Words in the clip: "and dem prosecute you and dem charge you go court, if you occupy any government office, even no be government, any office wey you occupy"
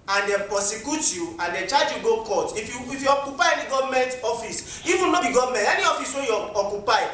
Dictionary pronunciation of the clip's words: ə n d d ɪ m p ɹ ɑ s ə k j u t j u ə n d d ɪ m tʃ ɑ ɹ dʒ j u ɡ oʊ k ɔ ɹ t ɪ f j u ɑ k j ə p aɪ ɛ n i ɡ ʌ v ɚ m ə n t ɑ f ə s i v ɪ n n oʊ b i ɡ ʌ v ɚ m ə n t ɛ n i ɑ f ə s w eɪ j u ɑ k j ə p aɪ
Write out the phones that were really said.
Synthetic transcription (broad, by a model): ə n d d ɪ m p ɑ s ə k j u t j u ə n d d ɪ tʃ ɑ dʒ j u ɡ oʊ k ɔ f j ɪ f j u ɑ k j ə p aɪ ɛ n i ɡ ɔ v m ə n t ɑ f ə s i v ɪ n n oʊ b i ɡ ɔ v m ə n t ɛ n i ɑ f ə s w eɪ j u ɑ k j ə p aɪ